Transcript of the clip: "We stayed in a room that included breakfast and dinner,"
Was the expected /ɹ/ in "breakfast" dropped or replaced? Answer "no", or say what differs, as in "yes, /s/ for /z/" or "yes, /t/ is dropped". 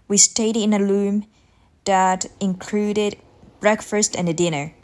no